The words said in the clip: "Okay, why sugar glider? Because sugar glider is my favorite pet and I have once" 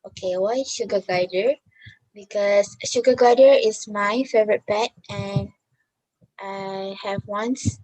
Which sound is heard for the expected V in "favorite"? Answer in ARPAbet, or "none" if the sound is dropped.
V